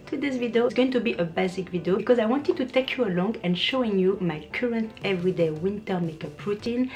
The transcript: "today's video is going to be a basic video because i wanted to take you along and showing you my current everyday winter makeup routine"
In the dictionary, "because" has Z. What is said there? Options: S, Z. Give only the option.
Z